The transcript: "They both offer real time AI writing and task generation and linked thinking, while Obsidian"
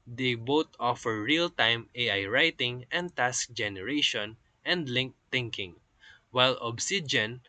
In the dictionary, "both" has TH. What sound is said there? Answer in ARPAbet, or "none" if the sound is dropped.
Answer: T